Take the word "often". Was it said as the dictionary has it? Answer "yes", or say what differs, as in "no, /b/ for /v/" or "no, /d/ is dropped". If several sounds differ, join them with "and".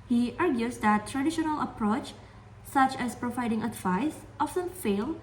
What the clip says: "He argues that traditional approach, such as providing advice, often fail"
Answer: no, /s/ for /t/